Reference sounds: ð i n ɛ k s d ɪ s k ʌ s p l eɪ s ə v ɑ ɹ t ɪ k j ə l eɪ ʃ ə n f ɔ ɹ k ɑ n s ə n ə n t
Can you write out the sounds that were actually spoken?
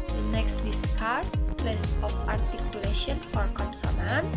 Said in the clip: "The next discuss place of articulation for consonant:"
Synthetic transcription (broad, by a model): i n ɛ k s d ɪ s k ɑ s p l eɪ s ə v ɑ ɹ t ɪ k j ə l eɪ ʃ ə n f ɔ ɹ k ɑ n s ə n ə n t